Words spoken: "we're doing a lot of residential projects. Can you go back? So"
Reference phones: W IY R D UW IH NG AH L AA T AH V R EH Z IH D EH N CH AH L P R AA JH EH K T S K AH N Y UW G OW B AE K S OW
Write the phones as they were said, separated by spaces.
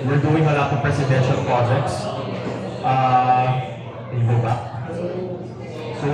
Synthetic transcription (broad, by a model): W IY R D UW IH NG AH L AA T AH P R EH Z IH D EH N SH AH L P R AA JH EH K T S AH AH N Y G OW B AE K S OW